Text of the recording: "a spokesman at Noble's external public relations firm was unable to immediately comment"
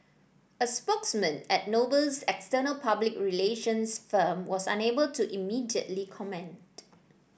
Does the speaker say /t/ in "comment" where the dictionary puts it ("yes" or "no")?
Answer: yes